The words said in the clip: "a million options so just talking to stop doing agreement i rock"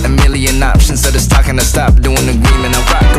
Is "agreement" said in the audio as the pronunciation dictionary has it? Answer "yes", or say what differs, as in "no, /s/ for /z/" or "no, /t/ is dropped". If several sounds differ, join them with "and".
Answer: no, /t/ is dropped